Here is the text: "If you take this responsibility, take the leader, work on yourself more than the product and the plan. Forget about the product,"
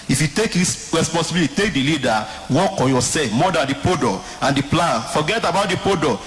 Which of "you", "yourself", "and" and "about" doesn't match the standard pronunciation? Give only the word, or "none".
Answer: yourself